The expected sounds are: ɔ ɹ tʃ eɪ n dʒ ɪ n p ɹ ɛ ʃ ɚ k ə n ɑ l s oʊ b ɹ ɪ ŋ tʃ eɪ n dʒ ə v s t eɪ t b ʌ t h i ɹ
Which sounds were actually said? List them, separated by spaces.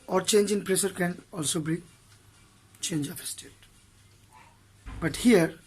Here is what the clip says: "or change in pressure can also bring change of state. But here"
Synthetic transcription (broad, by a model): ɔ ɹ tʃ eɪ n dʒ ɪ n p ɹ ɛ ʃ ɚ k ə n ɑ l s oʊ b i tʃ eɪ n dʒ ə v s t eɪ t b ʌ t h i ɹ